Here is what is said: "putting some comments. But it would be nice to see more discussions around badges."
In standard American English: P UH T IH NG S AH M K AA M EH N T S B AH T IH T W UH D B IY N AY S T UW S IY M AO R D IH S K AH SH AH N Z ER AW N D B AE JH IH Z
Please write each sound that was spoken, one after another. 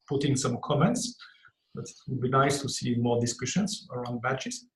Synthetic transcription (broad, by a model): P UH T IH NG S AH M K AA M EH N T S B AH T IH T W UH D B IY N AY S T UW S IY M AO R D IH S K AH SH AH N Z ER AW N D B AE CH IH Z